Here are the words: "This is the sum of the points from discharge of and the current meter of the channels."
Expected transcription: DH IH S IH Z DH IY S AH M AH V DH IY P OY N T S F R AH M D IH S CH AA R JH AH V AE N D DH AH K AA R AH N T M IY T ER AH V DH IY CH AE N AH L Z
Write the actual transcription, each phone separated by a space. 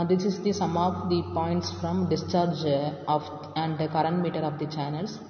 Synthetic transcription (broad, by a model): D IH S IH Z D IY S AH M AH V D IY P OY N T S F R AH M D IH S CH AA R JH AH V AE N D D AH K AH R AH N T M IY T ER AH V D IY CH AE N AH L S